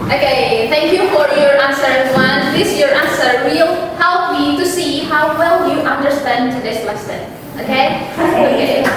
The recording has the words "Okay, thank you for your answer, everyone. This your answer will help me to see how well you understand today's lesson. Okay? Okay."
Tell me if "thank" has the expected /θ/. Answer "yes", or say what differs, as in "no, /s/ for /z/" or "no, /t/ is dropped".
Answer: yes